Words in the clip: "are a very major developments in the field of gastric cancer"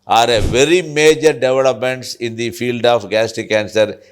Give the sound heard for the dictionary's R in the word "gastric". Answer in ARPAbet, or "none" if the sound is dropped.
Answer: none